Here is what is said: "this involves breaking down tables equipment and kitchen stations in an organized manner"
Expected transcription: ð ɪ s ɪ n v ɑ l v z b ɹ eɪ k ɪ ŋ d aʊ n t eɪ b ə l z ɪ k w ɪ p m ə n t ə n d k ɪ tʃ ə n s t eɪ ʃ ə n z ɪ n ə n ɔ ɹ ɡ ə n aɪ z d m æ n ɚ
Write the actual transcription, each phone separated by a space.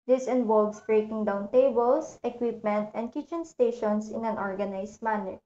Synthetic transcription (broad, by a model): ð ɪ s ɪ n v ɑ l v s b ɹ eɪ k ɪ ŋ d aʊ n t eɪ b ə l s ɪ k w ɪ p m ə n t ə n d k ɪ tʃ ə n s t eɪ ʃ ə n s ɪ n ə n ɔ ɹ ɡ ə n aɪ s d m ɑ n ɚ